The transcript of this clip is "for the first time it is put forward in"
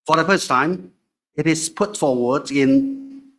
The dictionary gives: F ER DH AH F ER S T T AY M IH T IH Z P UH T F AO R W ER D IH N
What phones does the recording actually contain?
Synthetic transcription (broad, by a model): F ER DH AH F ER S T T AY M IH T IH Z P UH T F AO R W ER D IH N